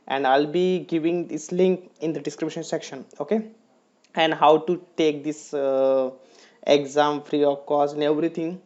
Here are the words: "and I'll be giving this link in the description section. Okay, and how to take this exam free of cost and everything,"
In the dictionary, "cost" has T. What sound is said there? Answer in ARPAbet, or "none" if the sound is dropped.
none